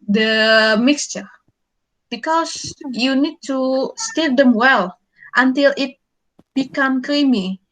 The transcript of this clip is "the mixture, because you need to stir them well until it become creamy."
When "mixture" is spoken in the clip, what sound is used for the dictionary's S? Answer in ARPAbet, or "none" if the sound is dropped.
S